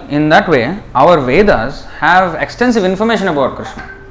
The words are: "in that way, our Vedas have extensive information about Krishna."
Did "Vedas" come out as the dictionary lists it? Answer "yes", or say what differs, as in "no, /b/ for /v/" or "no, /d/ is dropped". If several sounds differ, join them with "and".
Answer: yes